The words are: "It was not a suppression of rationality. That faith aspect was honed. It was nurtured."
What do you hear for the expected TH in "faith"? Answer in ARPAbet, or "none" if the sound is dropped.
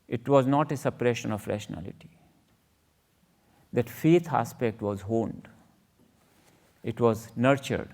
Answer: T